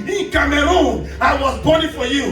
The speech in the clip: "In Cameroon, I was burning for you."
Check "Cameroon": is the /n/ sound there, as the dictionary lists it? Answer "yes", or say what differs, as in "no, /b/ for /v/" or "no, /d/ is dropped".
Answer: no, /n/ is dropped